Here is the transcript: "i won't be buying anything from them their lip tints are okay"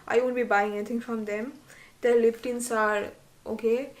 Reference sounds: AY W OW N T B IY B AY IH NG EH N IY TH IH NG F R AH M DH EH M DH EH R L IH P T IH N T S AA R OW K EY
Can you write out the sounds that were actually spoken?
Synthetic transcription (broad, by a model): AY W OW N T B IY B AY IH NG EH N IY T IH NG F R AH M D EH M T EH L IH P T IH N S AA R OW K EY